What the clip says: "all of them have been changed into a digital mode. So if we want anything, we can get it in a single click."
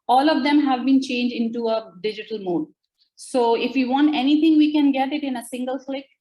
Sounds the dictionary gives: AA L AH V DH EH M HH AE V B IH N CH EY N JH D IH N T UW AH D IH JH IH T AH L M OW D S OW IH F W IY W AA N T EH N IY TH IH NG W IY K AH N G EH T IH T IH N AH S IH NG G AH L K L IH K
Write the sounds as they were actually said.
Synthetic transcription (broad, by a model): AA L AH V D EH M HH AE V B IH N CH EY N JH D IH N T UW AH D IH JH IH T AH L M OW D S OW IH F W IY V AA N T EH N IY T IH NG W IY K AH N G EH T IH T IH N AH S IH NG G AH L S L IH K